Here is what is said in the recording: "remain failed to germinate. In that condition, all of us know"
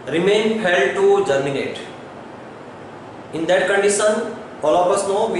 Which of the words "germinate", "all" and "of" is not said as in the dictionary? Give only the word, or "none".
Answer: of